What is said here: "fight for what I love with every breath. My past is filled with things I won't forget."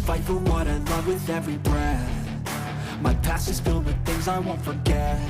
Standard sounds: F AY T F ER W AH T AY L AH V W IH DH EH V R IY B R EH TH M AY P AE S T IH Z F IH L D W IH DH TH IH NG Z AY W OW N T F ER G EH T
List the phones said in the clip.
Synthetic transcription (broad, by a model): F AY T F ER W AH T AY L AH V W IH DH EH V R IY B R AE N M AY P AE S IH Z F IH L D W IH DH TH IH NG Z AY W OW N T F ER G EH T